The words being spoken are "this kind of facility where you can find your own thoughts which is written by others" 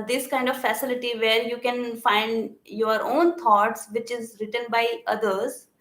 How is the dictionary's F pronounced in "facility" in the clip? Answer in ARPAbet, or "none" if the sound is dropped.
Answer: F